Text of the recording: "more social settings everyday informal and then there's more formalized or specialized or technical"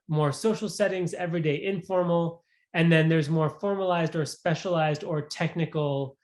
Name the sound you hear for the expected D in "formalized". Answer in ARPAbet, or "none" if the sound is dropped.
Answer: D